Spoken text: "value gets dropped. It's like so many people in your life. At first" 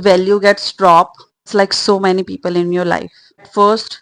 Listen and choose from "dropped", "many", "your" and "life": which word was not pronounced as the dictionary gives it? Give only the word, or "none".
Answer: dropped